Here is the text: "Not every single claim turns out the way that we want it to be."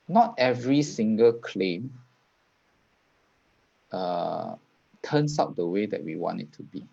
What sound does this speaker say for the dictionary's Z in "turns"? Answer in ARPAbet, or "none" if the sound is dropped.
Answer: S